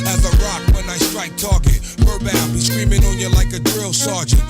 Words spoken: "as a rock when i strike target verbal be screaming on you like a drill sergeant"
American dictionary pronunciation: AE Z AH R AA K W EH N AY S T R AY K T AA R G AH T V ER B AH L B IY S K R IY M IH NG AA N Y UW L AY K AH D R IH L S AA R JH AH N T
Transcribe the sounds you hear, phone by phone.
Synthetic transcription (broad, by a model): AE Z AH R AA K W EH N AY S T R AY K T AA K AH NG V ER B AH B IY S K R IY M IH NG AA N Y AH L AY K AH D R IH L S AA R JH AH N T